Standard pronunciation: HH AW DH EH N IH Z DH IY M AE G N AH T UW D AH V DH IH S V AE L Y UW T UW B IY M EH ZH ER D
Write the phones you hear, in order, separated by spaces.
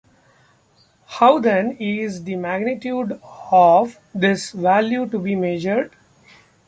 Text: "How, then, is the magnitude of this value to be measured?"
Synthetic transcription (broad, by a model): HH AW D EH N IH Z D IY M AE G N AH T UW D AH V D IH S V AE L Y UW T UW B IY M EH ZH ER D